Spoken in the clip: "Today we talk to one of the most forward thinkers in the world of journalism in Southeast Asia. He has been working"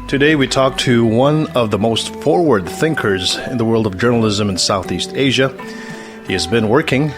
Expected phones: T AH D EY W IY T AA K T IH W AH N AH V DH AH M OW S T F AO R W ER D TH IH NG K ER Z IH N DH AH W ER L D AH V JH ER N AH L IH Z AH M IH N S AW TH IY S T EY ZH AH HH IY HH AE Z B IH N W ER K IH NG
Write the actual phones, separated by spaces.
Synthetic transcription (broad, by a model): T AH D EY W IY T AA K T IH W AH N AH V DH AH M OW S T F AO R W ER D TH IH NG K ER Z IH N DH AH W ER L D AH V JH ER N L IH Z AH M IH N S AW TH IY S T EY ZH AH HH IY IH Z B IH N W ER K IH NG